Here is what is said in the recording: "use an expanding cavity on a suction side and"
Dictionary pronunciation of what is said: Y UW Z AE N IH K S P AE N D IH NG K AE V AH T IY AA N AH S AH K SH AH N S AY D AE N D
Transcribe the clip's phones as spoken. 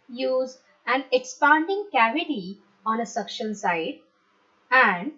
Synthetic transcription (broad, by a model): Y UW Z AE N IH K S P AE N D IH NG K AE V AH T IY AA N AH S AH K SH AH N S AY D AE N D